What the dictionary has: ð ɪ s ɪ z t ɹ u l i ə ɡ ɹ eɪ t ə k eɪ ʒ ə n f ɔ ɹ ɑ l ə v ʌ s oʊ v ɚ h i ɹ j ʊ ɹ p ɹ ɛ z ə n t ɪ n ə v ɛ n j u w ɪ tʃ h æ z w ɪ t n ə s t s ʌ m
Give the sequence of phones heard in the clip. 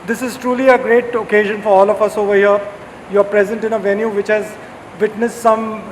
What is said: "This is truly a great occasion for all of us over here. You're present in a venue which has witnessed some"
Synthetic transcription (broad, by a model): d ɪ s ɪ z t ɹ u l i ə ɡ ɹ eɪ t ə k eɪ ʒ ə n f ɔ ɹ ɑ l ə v ʌ s oʊ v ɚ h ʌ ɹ j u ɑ p ɹ ɛ z ə n t ɪ n ə v ɛ n j u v ɪ tʃ h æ z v ɪ t n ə s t s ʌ m